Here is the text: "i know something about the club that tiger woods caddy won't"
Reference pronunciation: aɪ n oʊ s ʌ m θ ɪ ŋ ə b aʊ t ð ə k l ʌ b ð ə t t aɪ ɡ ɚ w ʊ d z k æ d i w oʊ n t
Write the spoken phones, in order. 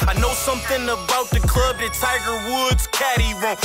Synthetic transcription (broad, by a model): aɪ n oʊ s ʌ m θ ɪ ŋ ə b aʊ t ð ə k l ʌ b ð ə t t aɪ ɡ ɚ w ʊ d z k æ d i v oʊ